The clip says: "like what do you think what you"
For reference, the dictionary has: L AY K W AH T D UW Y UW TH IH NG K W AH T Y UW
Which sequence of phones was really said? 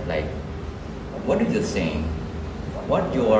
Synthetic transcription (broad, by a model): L AY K W AH T D UW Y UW S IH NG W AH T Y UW